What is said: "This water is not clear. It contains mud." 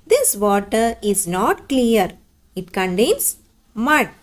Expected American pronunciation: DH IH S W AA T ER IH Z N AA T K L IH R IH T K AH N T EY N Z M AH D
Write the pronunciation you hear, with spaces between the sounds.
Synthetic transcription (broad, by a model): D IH S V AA T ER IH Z N AA T K L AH R IH T K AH N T EY N S M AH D